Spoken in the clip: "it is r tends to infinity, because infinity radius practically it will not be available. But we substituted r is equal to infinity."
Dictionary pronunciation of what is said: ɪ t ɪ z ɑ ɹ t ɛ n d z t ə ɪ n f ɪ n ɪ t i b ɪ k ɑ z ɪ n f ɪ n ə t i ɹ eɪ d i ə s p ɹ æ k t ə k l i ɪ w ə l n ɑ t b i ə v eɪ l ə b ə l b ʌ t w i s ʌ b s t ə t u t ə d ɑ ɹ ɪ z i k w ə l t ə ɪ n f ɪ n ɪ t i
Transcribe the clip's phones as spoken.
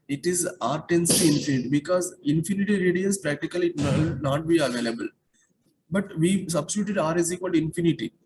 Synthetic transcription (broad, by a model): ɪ t ɪ z ɑ ɹ t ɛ n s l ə ɪ n f ɪ n ɪ t i b ɪ k ɑ z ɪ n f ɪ n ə t i ɹ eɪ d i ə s p ɹ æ k t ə k i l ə n n ɑ t b i ə v eɪ l ə b ə l b ʌ t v i s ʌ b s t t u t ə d ɑ ɹ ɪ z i k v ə l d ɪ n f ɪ n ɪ t i